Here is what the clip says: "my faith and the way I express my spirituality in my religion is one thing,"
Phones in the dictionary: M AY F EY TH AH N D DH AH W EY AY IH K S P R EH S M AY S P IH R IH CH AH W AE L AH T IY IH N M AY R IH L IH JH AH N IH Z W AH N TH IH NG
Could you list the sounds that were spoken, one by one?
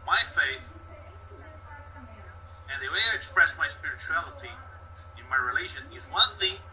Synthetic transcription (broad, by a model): M AY F EY TH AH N DH AH W EY AY IH K S P R EH S M AY S P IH R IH CH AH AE L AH T IY IH N M AY R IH L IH ZH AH N IH Z W AH N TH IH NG